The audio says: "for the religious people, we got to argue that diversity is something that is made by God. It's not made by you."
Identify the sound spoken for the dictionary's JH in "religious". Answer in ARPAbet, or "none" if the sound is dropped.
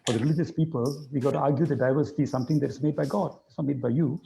JH